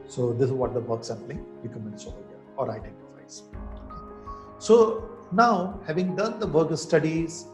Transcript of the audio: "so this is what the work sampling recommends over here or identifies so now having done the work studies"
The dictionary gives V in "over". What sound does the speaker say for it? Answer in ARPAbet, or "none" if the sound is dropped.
none